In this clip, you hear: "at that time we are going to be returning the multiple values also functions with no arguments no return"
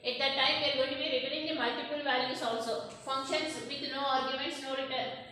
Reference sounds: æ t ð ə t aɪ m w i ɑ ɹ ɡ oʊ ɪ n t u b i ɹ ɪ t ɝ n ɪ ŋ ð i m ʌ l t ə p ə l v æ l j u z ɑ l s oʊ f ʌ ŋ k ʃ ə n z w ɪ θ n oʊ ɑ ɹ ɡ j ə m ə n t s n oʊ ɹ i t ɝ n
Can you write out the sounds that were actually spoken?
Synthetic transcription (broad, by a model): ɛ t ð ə t aɪ m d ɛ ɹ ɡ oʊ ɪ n t u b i ɹ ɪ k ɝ ɪ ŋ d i m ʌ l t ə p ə l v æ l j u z ɑ l s oʊ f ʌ ŋ k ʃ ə n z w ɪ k n oʊ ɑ ɹ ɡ j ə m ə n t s n oʊ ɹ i t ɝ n